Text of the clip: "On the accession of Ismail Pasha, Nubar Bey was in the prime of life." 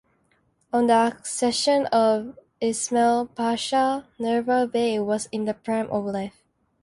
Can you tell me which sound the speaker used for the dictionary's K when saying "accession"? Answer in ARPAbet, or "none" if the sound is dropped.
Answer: K